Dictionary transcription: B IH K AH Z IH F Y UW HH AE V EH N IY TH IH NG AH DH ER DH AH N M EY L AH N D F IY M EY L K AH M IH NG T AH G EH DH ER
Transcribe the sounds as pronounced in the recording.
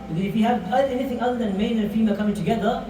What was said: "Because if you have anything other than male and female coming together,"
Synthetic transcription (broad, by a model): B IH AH IH F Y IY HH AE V EH N IY TH IH NG AH DH ER DH AH N M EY N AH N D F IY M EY K AH M IH NG T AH G EH DH ER